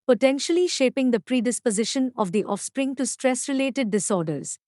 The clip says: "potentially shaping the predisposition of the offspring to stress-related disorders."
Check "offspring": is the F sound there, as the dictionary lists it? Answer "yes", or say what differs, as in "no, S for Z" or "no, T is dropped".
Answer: yes